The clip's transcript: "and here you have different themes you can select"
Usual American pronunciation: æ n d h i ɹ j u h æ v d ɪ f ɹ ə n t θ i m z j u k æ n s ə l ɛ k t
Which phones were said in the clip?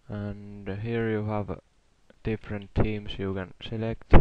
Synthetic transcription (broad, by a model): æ n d h i ɹ j u h æ v d ɪ f ɹ ə n t i m s j u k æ n s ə l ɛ k t